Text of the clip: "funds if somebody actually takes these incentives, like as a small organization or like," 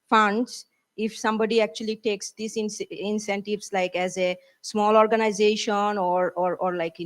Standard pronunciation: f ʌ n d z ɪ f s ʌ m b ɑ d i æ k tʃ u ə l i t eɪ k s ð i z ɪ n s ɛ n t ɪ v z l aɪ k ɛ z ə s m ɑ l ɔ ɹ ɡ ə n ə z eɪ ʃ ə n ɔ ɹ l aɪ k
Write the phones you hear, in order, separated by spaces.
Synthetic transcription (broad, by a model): f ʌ n d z ɪ f s ʌ m b ɑ d i æ k tʃ u ə l i t eɪ k s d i s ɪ n s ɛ n t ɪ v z l aɪ k ɛ z ə s m ɑ l ɔ ɹ ɡ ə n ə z eɪ ʃ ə n ɔ ɹ l aɪ k